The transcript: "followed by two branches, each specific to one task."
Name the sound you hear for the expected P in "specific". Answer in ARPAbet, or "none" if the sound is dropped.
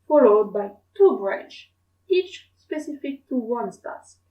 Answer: P